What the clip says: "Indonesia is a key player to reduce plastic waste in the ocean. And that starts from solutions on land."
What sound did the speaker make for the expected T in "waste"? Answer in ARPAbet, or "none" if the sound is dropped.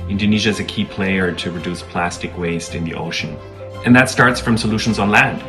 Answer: T